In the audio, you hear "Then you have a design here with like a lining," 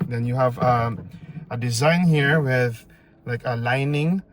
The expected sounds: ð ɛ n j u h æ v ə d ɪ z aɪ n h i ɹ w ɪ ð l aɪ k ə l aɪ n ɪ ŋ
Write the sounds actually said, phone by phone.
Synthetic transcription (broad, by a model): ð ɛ n j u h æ v ə d ɪ z aɪ n h i ɹ w ɪ ð l aɪ k ə l aɪ n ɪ ŋ